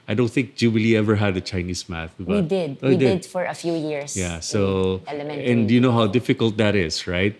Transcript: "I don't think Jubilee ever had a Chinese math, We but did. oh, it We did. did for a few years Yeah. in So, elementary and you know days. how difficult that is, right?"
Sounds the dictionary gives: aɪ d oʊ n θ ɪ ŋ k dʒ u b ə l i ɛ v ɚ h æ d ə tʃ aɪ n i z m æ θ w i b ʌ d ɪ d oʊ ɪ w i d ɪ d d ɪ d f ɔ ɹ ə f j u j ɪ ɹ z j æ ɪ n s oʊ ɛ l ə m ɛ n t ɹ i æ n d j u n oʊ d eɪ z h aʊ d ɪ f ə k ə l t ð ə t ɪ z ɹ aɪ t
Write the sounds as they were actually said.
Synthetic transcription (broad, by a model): aɪ d oʊ n θ ɪ ŋ k dʒ u b ə l i ɛ v ɚ h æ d ə tʃ aɪ n i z m æ θ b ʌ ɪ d ɪ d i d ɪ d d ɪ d f ɔ ɹ ə f j u j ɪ ɹ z j æ s oʊ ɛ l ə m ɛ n n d j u n oʊ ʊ h aʊ d ɪ f ə k ə l t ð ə t ɪ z ɹ aɪ t